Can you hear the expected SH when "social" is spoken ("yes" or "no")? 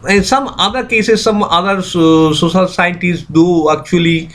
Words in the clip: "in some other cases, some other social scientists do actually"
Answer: no